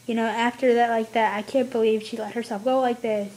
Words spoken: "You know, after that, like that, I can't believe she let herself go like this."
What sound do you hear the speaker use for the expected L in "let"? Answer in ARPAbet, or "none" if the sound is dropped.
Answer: L